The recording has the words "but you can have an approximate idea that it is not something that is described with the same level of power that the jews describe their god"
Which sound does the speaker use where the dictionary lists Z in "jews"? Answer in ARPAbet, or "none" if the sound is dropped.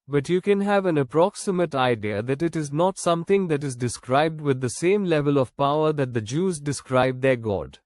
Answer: Z